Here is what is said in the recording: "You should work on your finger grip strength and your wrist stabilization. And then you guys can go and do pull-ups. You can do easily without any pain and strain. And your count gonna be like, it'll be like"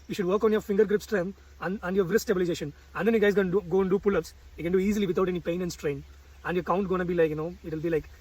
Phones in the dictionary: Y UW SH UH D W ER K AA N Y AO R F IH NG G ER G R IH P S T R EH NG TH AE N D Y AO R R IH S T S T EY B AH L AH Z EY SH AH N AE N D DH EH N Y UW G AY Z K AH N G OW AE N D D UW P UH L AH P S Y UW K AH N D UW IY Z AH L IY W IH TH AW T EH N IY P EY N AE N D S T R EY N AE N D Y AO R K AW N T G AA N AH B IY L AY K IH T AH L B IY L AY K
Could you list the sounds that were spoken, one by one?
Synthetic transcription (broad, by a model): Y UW SH UH D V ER K AA N Y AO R F IH NG G ER G R IH P S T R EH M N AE N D Y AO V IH T S T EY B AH L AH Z EY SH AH N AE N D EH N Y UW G AY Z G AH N G OW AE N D D UW P UH L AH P S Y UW K AH N D UW IY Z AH L IY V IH T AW T EH N IY P EY N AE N S T R EY N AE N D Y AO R K AW N T G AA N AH B IY L AY K IH T AH L B IY L AY K